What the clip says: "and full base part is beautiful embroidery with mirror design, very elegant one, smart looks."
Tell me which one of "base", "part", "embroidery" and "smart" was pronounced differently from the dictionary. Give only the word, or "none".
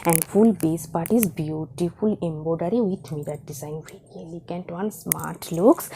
embroidery